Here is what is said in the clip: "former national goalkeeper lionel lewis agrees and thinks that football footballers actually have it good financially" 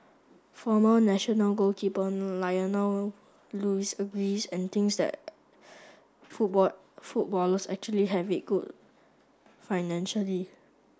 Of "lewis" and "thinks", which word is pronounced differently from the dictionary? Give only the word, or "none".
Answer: thinks